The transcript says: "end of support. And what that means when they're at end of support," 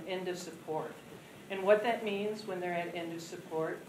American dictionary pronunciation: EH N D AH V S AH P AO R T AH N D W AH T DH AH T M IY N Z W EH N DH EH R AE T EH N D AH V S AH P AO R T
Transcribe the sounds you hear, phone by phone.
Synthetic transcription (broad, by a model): EH N D AH V S AH P AO R T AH N W AH T DH AH T M IY N Z W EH N DH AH R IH T EH N D AH V S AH P AO R T